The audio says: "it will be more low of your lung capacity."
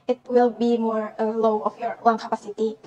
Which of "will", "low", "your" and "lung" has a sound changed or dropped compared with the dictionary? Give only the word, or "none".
lung